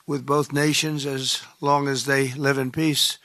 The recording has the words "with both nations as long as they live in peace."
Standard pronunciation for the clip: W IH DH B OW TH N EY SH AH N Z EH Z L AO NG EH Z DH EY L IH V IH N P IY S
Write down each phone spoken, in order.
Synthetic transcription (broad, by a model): W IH DH B OW TH N EY SH AH N Z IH Z L AO NG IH Z DH EY L IH V IH N P IY S